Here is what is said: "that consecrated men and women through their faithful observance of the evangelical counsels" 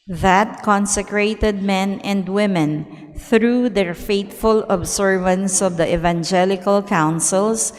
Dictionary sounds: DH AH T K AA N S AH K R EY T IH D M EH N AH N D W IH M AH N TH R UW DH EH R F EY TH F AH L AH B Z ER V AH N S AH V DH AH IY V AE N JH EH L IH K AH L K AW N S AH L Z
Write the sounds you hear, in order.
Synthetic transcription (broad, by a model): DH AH T K AA N S AH K R EY T IH D M EH N AH N D W IH M AH N TH R UW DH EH R F EY T F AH L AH B S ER V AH N S AH V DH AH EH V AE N JH EH L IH K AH L K AW N S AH L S